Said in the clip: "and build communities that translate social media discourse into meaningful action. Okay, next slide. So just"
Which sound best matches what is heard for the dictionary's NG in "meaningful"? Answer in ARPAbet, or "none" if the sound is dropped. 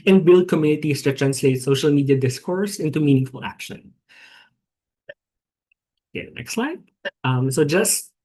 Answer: NG